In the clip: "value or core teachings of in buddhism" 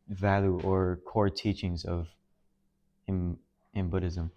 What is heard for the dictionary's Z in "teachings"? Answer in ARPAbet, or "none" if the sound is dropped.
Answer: Z